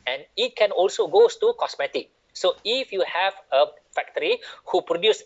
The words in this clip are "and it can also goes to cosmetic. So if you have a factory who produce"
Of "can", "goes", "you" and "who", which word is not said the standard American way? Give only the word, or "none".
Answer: goes